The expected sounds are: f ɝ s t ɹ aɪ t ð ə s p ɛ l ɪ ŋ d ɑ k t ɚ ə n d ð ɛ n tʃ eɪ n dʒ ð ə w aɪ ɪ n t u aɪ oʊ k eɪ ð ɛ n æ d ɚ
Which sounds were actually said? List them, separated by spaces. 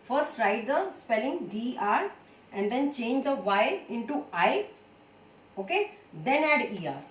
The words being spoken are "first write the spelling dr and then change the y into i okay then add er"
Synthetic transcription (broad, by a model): f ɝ s t ɹ aɪ t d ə s p ɛ l ɪ ŋ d ɑ t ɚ ə n d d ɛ n tʃ eɪ n dʒ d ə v aɪ ɪ n t u aɪ oʊ k eɪ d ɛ n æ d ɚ